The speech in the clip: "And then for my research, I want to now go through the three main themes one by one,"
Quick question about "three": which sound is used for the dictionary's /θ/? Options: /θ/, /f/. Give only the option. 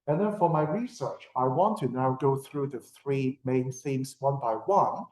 /θ/